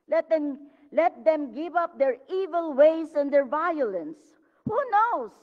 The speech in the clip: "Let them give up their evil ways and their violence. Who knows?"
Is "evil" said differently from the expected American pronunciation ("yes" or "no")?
no